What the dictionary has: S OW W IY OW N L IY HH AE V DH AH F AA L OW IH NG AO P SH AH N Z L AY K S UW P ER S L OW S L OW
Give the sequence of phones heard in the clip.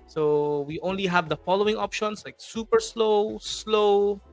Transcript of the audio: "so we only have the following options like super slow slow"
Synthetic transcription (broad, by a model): S OW W IY OW N L IY HH AE V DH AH F AA L OW IH NG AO P SH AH N S L AY K S UW P ER S L OW S L OW